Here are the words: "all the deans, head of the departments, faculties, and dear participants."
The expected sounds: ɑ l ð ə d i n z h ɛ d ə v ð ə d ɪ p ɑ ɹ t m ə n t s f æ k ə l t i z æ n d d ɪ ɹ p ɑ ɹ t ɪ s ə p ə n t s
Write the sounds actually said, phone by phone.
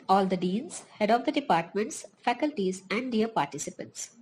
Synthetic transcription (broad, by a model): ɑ l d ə d i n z h ɛ d ə v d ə d ɪ p ɑ ɹ t m ə n t s f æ k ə l t i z æ n d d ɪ ɹ p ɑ ɹ t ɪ s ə p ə n t s